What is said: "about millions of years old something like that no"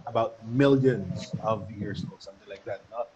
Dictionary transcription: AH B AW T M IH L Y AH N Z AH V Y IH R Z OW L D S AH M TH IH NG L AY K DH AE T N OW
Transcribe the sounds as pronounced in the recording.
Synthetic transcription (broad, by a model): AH B AW T M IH L Y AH N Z AH V Y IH R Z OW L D S AH M TH IH NG L AY K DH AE T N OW